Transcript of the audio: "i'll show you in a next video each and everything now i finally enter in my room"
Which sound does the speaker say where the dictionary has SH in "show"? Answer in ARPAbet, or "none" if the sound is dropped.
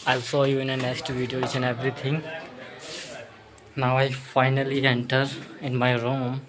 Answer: S